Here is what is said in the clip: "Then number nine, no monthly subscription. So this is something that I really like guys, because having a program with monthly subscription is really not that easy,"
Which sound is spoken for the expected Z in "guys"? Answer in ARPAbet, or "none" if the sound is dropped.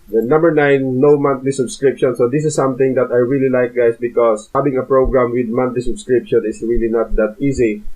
S